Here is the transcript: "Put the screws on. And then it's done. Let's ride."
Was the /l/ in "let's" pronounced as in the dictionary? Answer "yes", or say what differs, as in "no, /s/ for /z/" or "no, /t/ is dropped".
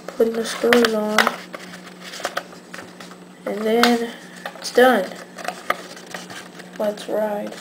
no, /w/ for /l/